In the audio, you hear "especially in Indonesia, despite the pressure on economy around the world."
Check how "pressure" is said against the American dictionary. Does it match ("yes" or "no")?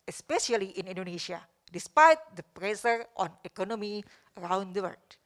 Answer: no